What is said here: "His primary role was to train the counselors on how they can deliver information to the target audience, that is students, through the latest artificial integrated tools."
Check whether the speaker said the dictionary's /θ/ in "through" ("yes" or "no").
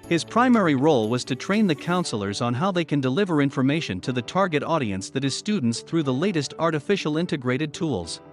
yes